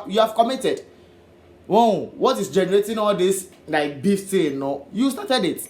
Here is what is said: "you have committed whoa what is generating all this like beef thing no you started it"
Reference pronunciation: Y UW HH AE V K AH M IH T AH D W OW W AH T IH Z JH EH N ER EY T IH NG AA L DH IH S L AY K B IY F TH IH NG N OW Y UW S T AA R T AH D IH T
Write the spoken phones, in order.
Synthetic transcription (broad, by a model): Y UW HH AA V K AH M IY T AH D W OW W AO T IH S JH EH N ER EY T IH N AA L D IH S L AY K B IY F T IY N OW Y UW S T AA T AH D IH T